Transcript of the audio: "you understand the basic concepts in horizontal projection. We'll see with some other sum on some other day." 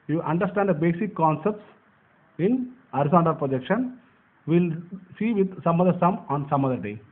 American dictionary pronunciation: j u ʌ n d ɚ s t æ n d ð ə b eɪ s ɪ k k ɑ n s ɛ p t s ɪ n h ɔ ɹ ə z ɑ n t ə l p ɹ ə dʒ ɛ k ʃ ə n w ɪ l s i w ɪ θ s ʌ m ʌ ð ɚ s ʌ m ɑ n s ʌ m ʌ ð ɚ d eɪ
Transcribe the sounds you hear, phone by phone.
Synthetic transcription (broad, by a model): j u ʌ n d ɚ s t æ n d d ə b eɪ s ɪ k k ɑ n s ɛ p t s ɪ n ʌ ɹ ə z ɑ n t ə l p ɹ ə dʒ ɛ k ʃ ə n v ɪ l s i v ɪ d s ʌ m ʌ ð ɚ s ʌ m ɑ n s ʌ m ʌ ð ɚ d eɪ